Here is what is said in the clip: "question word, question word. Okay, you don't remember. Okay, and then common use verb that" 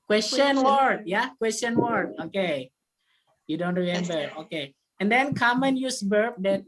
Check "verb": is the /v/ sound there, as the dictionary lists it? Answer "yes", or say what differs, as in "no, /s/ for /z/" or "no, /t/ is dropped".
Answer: no, /b/ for /v/